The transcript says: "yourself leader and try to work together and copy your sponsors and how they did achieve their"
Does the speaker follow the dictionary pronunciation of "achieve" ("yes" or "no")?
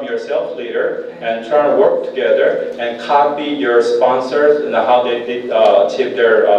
no